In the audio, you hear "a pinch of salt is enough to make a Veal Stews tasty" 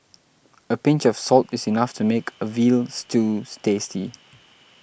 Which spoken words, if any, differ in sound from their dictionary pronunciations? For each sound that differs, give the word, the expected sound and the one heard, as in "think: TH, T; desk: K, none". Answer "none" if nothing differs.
is: Z, S; stews: Z, S